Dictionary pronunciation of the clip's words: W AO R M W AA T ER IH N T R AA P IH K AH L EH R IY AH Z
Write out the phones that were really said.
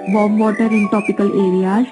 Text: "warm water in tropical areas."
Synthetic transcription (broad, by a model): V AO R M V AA T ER IH N T AA P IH K AH L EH R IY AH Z